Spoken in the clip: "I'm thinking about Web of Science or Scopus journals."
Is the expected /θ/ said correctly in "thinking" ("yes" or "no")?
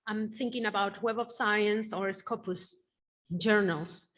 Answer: yes